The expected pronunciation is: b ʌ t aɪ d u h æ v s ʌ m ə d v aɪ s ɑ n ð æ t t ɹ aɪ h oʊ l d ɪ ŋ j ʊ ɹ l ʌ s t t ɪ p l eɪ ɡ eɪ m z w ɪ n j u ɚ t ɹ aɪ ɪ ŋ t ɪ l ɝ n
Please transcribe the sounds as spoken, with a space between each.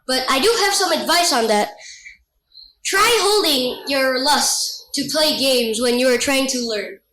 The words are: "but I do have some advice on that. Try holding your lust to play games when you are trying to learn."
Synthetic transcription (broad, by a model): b ʌ t aɪ d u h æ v s ʌ m ə d v aɪ s n ð æ t t ɹ aɪ h oʊ l d ɪ ŋ j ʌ ɹ l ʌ s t t ɪ p l eɪ ɡ eɪ m z w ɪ n j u ɚ t ɹ aɪ ɪ ŋ t ɪ l ɝ n